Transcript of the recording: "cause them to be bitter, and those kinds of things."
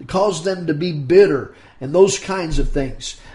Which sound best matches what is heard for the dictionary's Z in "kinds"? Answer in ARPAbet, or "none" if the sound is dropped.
Z